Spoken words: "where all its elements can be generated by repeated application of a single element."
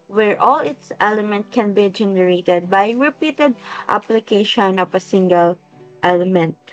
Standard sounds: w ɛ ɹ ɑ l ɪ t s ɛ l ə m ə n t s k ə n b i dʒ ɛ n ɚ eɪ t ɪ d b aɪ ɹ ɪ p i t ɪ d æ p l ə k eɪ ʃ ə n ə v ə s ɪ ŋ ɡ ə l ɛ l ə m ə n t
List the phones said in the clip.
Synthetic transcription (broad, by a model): w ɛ ɹ ɑ l ɪ t s ɛ l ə m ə n t k ə n b i dʒ ɛ n ɚ eɪ t ɪ d b aɪ ɹ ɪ p i t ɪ d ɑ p l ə k eɪ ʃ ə n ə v ə s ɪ ŋ ɡ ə l ɛ l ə m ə n t